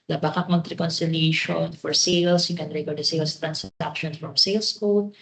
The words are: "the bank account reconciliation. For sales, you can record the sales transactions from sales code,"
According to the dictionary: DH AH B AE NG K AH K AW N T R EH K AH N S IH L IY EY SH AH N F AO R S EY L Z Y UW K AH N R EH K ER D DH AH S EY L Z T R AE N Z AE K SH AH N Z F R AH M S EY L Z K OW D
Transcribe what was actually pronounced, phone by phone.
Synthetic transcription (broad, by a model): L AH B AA K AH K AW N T R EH K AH N S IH L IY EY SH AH N F AO R S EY L S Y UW K AH N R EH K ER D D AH S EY L S T R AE N S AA K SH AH N F R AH M S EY L S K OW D